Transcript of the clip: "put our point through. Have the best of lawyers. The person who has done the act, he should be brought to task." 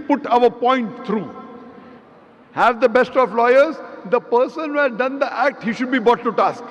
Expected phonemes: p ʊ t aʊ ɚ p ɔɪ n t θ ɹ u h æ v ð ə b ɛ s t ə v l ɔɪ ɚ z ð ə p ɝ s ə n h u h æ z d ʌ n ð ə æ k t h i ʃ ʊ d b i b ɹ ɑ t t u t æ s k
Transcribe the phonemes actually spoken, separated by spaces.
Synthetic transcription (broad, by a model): p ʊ t aʊ ɚ p ɔɪ n t t ɹ u h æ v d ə b ɛ s t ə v l ɔɪ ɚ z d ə p ɝ s ə n h u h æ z d ʌ n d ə æ k t h i ʃ ʊ d b i b ɑ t t u t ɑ s k